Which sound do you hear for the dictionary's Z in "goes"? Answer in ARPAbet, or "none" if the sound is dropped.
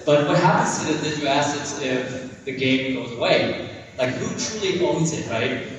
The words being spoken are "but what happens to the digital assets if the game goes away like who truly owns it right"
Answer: Z